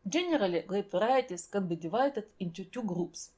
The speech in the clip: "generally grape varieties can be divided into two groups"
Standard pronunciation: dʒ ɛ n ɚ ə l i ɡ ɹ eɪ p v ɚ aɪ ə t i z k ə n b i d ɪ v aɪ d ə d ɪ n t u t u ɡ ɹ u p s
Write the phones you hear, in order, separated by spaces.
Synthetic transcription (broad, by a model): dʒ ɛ n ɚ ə l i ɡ l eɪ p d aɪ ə t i s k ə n b i d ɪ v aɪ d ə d ɪ n t u t u ɡ ɹ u p s